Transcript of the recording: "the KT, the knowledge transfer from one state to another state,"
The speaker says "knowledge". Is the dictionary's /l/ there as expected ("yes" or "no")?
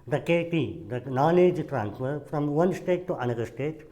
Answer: no